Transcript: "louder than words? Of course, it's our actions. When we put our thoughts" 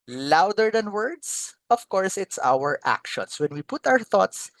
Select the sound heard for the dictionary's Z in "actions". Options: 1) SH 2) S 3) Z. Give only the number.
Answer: 2